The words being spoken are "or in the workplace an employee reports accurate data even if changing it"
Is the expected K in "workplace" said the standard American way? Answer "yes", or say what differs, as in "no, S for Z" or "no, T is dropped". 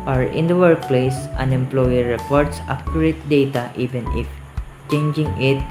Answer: yes